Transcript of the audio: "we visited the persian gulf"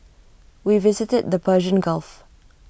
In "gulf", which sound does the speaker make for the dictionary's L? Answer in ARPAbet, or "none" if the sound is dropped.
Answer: L